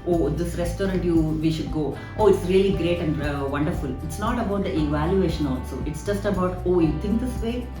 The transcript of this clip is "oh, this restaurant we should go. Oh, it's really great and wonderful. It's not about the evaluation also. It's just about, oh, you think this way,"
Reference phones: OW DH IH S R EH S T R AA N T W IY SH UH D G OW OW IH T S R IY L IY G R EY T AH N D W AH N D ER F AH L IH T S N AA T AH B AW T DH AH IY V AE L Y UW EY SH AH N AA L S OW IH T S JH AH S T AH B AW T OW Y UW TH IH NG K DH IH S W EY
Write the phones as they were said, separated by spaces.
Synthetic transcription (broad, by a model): OW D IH S R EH S T R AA N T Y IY SH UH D G OW OW IH T S R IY L IY G R EY T AH N D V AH N D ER F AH L IH T S N AA T AH B AW T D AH IY V AE L Y UW EY SH AH N AA L S OW IH T S JH AH S T AH B AW T OW Y UW T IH NG K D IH S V EY